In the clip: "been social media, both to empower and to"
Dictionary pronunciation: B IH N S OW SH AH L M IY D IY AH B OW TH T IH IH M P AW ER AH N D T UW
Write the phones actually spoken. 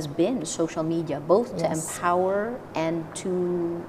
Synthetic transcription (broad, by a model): B IH N S OW SH L M IY D IY AH B OW TH T IH IH M P AW ER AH N T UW